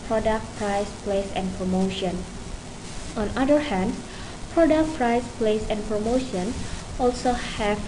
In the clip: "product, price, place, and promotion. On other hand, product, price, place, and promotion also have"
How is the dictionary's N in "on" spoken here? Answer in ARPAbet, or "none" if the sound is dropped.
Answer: N